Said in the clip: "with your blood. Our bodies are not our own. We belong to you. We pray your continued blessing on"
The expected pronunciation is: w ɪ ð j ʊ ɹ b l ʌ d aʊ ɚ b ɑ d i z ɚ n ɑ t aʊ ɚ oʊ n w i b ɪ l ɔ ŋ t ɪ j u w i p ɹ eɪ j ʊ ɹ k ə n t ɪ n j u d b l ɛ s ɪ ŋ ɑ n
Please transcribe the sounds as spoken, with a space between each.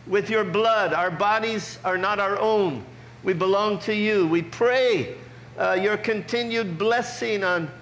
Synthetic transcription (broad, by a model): w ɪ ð j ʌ ɹ b l ʌ d aʊ ɚ b ɑ d i z ɚ n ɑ t aʊ ɚ oʊ n w i b ɪ l ɔ ŋ t ɪ j u w i p ɹ eɪ j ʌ ɹ k ə n t ɪ n j u d b l ɛ s ɪ ŋ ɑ n